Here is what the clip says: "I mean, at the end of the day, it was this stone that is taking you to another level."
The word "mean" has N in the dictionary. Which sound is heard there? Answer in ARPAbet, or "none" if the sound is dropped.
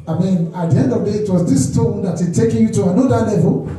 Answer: N